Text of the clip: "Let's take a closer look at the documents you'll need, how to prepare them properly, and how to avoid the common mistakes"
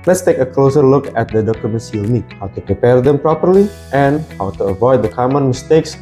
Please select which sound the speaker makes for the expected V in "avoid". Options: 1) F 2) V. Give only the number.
2